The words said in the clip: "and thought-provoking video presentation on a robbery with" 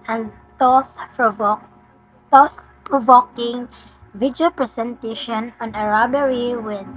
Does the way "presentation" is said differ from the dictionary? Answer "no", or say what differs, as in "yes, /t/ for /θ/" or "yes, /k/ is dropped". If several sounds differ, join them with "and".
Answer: yes, /s/ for /z/